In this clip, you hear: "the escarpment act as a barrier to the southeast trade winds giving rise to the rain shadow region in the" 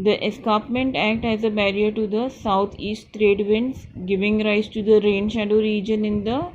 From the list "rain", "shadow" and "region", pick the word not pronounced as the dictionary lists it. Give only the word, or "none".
none